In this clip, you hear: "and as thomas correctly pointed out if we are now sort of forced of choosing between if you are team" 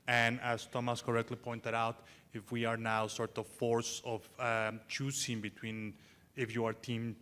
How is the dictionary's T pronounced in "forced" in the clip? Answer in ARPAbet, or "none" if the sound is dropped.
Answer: none